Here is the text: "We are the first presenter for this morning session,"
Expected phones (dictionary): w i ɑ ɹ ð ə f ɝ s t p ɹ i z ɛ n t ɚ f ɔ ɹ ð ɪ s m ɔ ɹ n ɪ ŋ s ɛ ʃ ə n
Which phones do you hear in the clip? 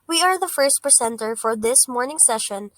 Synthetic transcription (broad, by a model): w i ɑ ɹ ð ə f ɝ s t p ɹ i s ɛ n t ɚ f ɔ ɹ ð ɪ s m ɔ ɹ n ɪ ŋ s ɛ ʃ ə n